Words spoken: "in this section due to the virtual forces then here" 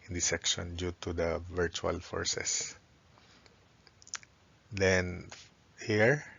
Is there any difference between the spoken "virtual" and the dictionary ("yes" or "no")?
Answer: no